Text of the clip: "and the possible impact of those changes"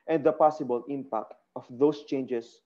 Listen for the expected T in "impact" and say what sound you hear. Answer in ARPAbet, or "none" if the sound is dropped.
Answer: T